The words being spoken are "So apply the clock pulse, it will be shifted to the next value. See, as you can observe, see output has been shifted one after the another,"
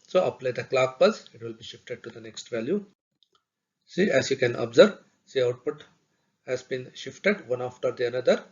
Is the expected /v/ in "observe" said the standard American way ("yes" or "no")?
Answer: no